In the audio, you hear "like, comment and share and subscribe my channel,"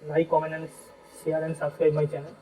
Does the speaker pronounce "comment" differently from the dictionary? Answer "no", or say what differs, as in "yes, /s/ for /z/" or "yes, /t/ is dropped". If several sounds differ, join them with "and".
yes, /t/ is dropped